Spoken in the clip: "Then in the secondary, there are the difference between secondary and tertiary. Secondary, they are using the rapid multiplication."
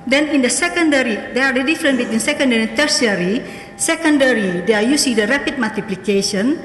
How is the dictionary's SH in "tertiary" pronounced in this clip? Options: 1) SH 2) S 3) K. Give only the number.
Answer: 2